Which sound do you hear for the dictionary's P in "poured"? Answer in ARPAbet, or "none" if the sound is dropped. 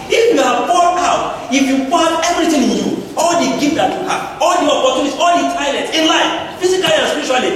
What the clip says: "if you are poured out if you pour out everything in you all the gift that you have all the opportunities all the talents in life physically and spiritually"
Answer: F